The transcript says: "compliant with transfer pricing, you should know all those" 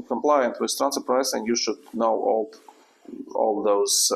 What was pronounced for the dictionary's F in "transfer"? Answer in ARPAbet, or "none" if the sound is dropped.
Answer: none